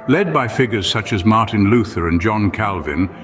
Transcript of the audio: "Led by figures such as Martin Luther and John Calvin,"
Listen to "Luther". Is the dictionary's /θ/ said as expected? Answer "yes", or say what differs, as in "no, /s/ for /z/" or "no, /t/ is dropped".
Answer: yes